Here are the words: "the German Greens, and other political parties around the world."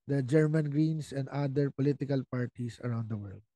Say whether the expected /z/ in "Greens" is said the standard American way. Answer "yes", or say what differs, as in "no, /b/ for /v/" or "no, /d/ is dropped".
no, /s/ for /z/